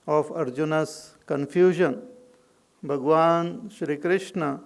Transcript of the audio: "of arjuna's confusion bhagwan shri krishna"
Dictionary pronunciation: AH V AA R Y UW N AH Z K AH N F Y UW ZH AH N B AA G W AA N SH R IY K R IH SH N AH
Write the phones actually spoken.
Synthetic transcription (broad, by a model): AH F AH R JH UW N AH S K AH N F Y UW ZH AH N B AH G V AA N SH R IY K R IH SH N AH